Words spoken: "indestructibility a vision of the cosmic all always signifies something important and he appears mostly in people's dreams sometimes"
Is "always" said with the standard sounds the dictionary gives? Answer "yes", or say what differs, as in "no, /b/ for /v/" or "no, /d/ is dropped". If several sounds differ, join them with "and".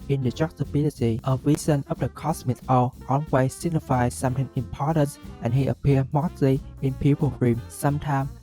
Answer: no, /n/ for /l/